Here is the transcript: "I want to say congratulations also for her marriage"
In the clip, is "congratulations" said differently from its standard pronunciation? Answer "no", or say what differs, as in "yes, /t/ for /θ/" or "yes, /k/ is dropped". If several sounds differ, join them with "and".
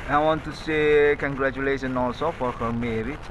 yes, /z/ is dropped